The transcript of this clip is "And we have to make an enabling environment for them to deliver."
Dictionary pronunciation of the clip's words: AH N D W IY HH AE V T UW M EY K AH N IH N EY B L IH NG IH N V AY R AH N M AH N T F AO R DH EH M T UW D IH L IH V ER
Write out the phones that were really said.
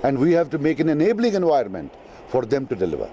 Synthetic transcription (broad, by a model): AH N D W IY HH AE V T UW M EY K AH N IH N EY B L IH NG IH N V AY AH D M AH N T F AO R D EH M T UW D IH L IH V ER